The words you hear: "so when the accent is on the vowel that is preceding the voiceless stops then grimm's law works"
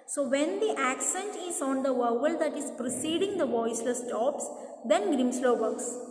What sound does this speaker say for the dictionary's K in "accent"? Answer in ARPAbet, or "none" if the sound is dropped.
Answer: K